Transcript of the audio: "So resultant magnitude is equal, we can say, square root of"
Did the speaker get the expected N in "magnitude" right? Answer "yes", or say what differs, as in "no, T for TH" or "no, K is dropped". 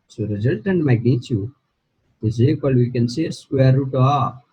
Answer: no, N is dropped